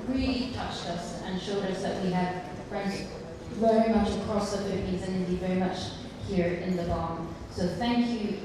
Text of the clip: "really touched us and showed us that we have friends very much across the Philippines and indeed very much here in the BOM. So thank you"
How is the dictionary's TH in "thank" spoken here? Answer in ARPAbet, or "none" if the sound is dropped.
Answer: TH